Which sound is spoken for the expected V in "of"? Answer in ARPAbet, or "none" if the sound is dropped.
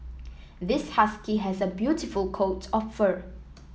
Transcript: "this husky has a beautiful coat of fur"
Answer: P